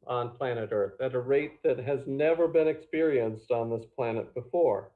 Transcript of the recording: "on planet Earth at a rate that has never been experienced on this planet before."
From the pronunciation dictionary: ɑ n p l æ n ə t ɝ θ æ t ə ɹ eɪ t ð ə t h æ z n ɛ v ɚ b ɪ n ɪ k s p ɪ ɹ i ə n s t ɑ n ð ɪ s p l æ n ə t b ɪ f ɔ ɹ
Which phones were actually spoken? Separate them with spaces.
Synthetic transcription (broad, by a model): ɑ n p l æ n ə t ɝ θ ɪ t ə ɹ eɪ t ð ə t h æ z n ɛ v ɚ b ɪ n ɪ k s p ɪ ɹ i ə n s t n ð ɪ s p l æ n ə t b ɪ f ɔ ɹ